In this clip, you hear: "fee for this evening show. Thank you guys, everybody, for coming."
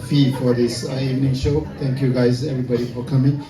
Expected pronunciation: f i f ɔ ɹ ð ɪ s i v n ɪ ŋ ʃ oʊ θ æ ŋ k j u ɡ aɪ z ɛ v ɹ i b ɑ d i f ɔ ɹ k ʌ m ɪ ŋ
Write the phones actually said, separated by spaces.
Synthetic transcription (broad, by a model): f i f ɔ ɹ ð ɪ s i v n ɪ ŋ ʃ oʊ t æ ŋ k j u ɡ aɪ z ɛ v ɹ i b ɑ d i f ɔ ɹ k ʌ m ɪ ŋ